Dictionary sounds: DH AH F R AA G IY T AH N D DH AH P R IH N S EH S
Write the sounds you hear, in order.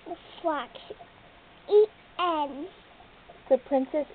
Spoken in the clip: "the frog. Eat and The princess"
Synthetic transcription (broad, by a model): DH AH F L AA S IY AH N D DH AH P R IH N S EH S